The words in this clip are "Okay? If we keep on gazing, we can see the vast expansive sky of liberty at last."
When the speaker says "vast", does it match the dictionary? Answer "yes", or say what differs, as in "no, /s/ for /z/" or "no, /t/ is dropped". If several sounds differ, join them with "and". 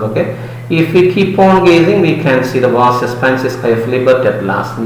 no, /t/ is dropped